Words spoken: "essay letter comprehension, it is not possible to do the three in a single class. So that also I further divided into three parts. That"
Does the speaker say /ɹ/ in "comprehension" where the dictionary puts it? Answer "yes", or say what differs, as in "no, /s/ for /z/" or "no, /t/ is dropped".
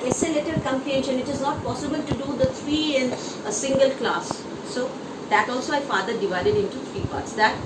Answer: no, /ɹ/ is dropped